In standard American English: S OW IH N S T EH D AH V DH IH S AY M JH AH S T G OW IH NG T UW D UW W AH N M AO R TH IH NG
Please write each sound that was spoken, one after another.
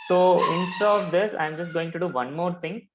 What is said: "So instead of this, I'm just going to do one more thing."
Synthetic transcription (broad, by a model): S OW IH N S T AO AH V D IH S AY M JH AH S T G OW IH NG T UW D UW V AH N M AO R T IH NG